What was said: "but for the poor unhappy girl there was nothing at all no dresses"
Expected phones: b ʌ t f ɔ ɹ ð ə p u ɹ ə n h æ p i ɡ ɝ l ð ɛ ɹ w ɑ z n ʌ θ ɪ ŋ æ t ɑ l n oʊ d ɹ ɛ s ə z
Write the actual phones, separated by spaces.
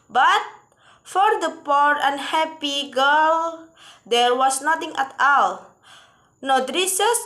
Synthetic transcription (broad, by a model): b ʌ t f ɔ ɹ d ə p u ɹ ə n h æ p i ɡ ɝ l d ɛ ɹ w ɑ s n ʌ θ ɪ ŋ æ t ɑ l n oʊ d ɹ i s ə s